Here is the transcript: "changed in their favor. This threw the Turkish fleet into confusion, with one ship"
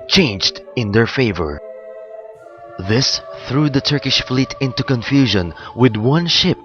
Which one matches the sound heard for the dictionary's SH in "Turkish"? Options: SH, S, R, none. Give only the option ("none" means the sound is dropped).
SH